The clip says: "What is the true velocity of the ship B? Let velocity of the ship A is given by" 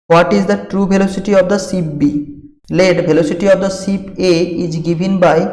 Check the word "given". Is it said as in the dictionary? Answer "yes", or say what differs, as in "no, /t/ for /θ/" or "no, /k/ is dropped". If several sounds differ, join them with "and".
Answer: no, /b/ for /v/